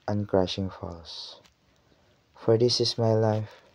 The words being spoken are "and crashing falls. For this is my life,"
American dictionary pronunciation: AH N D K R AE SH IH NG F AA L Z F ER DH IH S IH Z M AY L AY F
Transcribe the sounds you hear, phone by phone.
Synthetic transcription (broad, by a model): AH N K R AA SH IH NG F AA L S F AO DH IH S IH S M AY L AY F